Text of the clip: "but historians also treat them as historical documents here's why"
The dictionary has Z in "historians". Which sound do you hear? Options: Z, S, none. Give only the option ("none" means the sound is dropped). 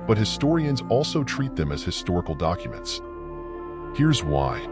Z